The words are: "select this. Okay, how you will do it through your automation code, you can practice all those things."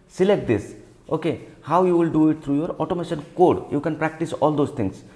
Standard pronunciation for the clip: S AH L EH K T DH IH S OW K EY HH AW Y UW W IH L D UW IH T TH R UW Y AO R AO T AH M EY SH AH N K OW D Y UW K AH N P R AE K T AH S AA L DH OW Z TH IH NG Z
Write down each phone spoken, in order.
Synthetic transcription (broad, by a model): S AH L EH K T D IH S OW K EY HH AW Y UW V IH L D UW IH T T R UW Y AO R AO T AH M EY SH AH N K OW D Y UW K AH N P R AE K T AH S AA L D OW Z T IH NG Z